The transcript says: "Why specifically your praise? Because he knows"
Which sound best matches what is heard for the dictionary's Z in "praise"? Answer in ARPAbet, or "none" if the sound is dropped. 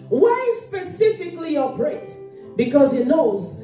S